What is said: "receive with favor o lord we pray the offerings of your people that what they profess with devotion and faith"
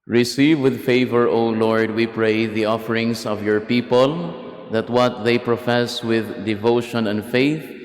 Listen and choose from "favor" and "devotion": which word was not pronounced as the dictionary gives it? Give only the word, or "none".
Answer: none